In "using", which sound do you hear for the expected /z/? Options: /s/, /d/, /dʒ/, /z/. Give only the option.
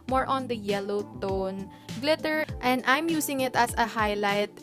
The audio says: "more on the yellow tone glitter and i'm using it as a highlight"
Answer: /s/